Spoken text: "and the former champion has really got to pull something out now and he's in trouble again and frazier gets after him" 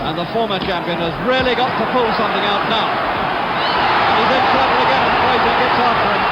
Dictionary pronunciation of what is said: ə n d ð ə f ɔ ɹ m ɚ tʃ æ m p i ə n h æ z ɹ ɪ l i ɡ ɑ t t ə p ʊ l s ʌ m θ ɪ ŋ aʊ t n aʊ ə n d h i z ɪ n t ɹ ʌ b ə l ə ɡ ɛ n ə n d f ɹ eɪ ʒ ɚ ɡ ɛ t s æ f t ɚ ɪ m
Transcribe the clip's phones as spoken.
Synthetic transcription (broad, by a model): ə n ð ə f ɔ ɹ m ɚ tʃ æ m p i ə n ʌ z ɹ ɪ l i ɡ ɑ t t ə p ʊ l s ʌ m θ ɪ ŋ aʊ t n aʊ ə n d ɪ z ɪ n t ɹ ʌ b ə l ə ɡ ɛ n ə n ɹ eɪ z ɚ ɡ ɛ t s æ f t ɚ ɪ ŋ